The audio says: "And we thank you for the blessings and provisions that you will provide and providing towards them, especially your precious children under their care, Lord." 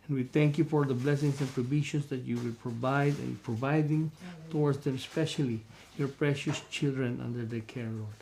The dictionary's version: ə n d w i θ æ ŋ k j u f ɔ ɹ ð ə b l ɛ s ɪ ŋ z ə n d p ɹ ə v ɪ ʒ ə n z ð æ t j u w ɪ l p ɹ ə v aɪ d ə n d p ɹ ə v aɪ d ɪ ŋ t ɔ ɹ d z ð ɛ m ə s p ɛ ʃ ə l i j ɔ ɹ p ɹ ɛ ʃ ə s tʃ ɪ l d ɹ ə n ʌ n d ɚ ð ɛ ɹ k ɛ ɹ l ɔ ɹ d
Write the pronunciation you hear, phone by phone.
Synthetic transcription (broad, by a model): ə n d w i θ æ ŋ k j u f ɔ ɹ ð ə b l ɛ s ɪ ŋ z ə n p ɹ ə b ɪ ʃ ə n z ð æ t j u w ɪ l p ɹ ə v aɪ d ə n p ɹ ə v aɪ d ɪ ŋ t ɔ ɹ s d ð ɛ m s p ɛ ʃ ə l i j ɔ ɹ p ɹ ɛ ʃ ə s tʃ ɪ l d ɹ ə n ʌ n d ɚ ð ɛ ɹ k ɛ ɹ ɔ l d